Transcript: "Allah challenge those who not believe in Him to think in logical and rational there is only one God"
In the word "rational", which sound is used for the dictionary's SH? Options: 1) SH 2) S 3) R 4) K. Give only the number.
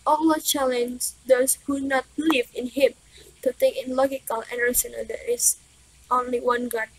2